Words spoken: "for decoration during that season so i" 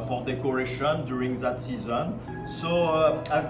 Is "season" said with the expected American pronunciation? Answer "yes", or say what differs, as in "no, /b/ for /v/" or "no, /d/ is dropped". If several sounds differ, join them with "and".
yes